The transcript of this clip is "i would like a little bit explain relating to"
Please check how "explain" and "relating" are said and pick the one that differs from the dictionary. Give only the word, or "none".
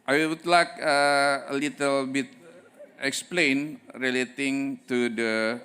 none